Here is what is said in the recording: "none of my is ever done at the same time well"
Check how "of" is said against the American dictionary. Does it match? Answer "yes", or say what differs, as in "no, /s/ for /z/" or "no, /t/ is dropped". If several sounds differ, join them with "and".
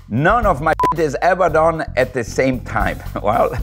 yes